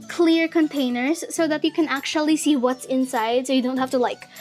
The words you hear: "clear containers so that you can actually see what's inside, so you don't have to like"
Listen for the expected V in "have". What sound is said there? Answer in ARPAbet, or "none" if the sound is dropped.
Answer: F